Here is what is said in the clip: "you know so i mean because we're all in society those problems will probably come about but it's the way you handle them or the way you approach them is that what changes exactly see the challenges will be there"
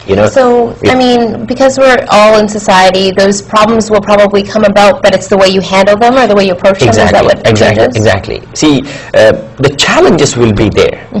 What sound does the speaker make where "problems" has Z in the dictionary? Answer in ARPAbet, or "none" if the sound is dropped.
Z